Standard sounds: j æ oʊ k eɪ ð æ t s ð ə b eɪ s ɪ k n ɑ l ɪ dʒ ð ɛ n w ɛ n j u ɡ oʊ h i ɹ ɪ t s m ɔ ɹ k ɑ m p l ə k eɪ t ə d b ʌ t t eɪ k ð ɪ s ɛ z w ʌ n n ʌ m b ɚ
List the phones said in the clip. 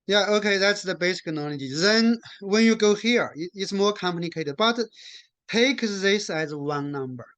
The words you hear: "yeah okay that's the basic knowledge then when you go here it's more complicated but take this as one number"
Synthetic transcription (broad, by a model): j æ oʊ k eɪ ð æ t s ð ə b eɪ s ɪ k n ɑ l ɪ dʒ ð ɛ n w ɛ n j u ɡ oʊ h i ɹ ɪ t s m ɔ ɹ k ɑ m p n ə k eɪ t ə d b ʌ t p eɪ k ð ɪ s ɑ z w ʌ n n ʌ m b ɚ